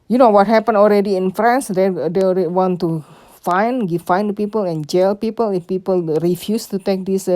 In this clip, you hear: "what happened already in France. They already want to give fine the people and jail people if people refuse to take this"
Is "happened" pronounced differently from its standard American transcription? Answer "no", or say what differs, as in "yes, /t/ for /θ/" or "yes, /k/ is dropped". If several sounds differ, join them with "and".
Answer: yes, /d/ is dropped